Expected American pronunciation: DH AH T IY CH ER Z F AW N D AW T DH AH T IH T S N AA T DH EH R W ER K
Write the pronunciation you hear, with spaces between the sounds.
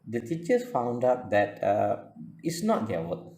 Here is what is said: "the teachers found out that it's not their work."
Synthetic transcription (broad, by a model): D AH T IY CH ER S F AW N D AW T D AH T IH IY S N AA T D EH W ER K